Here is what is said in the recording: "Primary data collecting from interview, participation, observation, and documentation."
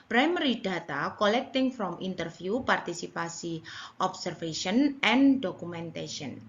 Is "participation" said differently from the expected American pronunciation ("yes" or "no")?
yes